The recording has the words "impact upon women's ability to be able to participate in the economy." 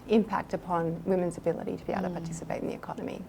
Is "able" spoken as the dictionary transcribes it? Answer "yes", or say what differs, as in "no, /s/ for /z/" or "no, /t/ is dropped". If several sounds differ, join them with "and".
no, /b/ is dropped